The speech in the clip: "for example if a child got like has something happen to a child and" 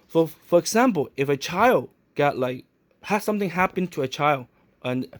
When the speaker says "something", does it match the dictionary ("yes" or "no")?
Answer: yes